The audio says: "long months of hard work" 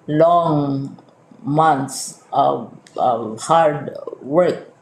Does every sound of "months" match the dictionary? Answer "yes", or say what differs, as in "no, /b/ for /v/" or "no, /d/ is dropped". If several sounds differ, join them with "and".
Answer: no, /t/ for /θ/